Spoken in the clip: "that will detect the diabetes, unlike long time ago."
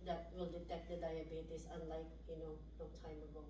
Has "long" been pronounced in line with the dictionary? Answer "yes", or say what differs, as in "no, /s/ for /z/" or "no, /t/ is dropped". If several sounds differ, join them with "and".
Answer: no, /n/ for /l/